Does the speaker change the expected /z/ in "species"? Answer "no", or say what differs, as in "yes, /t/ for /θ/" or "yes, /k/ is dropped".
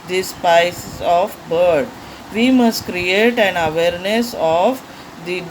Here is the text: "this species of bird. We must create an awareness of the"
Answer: yes, /s/ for /z/